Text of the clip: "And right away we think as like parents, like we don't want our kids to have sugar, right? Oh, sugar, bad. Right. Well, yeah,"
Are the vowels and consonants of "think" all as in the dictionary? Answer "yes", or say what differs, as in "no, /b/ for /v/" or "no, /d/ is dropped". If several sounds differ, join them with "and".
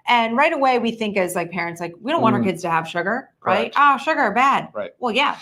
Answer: yes